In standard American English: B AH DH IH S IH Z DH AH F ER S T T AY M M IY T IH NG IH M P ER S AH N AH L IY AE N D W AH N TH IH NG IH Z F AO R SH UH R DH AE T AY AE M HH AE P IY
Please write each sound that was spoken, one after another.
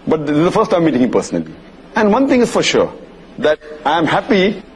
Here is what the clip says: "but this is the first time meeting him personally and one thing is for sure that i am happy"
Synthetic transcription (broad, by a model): B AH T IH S IH Z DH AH F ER S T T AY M M IY T IH NG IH P ER S AH N AH L IY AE N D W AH N T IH NG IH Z F AO R SH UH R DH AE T AY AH M HH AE P IY